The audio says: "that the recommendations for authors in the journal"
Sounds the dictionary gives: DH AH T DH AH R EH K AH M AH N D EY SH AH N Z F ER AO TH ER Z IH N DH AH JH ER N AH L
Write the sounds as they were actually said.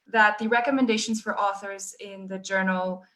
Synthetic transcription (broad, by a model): DH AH T DH AH R EH K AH M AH N D EY SH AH N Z F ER AO TH ER Z IH N DH AH JH ER N L